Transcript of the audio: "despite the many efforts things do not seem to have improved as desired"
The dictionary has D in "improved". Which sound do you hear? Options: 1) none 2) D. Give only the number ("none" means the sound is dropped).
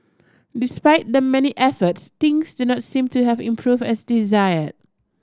1